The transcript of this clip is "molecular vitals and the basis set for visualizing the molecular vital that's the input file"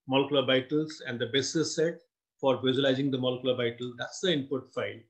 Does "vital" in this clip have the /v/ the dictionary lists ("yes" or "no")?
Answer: no